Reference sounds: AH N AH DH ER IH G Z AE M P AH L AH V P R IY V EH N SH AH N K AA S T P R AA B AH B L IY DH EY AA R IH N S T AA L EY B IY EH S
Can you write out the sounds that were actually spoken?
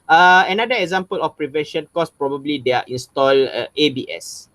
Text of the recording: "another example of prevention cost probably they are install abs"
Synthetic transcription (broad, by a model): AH N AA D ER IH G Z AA M P AH L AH F P R IY V EH N SH AH N K AA S P R AA B AH B L IY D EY AA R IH N S T AA L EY B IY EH S